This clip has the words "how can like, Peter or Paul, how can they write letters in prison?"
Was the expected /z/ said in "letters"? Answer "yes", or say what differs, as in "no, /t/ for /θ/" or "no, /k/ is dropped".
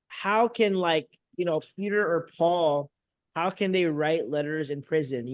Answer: yes